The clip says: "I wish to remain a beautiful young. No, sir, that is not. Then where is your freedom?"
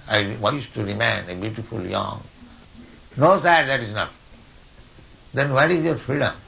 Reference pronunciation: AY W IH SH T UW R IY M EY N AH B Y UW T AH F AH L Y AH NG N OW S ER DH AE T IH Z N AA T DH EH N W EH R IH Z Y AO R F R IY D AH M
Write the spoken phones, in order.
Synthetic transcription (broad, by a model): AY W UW S T UW R IY M EY N AH B Y UW T AH F AH L Y AH NG N OW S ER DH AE T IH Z N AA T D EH N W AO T IH Z Y AO R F R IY D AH M